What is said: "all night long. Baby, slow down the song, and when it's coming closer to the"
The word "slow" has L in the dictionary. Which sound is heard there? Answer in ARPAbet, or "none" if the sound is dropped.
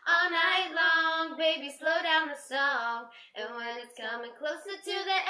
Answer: L